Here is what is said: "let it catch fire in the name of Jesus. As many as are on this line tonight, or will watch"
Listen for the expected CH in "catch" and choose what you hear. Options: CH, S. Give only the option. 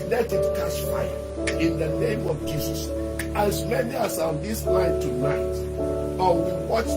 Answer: S